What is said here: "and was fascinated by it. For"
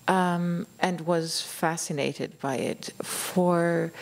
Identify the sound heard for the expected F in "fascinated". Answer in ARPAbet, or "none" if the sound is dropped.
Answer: F